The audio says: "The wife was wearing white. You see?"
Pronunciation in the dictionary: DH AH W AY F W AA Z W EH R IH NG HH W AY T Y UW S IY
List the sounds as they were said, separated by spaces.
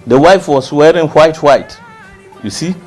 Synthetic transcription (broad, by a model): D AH W AY F W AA S W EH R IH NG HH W AY T Y UW S IY